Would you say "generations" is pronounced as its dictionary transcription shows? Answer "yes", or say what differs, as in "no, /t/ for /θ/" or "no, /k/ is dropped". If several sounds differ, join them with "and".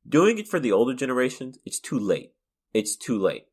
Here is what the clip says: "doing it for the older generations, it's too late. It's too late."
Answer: yes